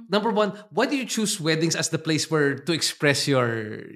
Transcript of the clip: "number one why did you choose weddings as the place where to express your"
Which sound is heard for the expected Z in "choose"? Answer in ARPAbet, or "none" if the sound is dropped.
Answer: S